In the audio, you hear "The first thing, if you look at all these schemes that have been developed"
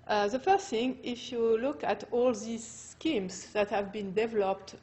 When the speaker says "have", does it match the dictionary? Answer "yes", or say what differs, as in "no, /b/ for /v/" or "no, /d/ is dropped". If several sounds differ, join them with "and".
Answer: yes